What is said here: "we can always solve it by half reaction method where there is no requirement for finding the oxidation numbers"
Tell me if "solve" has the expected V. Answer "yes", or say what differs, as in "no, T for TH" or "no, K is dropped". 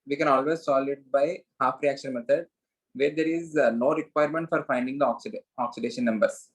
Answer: no, V is dropped